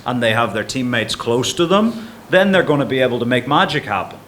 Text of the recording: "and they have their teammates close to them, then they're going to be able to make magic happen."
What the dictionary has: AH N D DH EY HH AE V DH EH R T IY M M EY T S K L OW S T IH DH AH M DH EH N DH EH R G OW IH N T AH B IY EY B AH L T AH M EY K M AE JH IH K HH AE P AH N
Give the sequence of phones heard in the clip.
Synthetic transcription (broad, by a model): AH N DH EY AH V DH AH R T IY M M EY T S K L OW S T IH DH AH M DH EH N DH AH R G OW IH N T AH B IY EY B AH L T AH M EY K M AE JH IH K HH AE P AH N